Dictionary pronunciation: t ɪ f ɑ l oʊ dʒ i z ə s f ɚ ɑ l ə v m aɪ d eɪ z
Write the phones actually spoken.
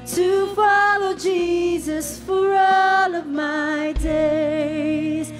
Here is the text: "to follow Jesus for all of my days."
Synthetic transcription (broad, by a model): t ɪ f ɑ l oʊ dʒ i z ə s f ɚ ɑ l ə v m aɪ d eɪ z